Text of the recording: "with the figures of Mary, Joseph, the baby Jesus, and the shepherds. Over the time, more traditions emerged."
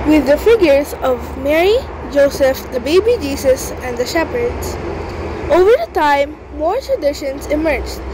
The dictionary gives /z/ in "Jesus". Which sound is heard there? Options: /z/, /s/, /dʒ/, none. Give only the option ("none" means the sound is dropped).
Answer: /s/